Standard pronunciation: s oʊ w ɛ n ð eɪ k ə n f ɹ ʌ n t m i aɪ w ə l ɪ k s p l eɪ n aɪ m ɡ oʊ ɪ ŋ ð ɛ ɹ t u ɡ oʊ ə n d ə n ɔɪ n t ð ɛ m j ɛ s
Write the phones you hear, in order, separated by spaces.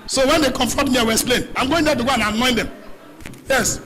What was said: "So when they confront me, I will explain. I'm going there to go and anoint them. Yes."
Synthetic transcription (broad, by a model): s oʊ w ɛ n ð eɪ k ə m f ɔ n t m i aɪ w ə ɪ k s p l eɪ n aɪ m ɡ oʊ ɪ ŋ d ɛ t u ɡ oʊ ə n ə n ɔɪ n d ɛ m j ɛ s